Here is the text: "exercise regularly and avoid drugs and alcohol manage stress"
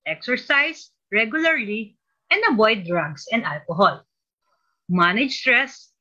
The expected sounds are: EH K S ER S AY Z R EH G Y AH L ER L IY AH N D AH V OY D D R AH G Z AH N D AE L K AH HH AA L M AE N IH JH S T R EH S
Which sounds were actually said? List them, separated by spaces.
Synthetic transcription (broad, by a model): EH K S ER S AY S R EH G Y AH L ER L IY AH N D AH B OY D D R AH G S AH N D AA L K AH HH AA L M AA N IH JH S T R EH S